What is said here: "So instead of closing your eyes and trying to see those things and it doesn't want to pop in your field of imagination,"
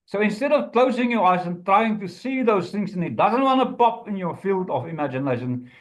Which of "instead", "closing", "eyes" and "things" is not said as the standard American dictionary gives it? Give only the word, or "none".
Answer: none